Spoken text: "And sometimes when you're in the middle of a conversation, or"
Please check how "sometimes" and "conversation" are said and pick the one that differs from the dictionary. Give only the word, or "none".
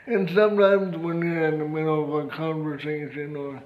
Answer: conversation